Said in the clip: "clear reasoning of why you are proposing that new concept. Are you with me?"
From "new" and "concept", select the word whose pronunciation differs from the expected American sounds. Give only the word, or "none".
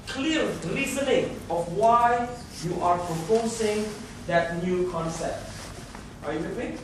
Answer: none